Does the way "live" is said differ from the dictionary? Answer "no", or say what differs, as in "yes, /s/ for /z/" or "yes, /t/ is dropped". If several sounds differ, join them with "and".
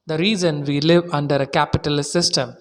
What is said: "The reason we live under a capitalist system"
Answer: no